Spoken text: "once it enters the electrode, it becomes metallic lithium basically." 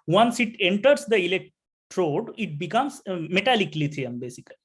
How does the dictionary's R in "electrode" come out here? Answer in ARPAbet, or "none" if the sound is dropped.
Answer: R